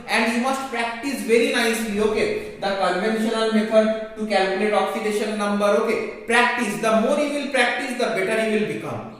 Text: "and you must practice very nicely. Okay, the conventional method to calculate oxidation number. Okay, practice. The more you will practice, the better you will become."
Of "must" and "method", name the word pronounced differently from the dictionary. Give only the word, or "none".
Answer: method